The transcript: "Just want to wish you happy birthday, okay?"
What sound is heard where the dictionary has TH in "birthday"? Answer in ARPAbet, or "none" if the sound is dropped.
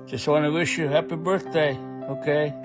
TH